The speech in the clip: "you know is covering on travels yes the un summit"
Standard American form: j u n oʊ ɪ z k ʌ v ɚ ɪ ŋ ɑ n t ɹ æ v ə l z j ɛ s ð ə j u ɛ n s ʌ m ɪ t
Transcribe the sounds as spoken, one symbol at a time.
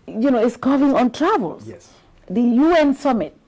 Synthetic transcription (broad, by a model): j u n oʊ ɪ s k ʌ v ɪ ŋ ɑ n t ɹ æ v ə l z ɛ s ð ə j u ɛ n s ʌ m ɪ t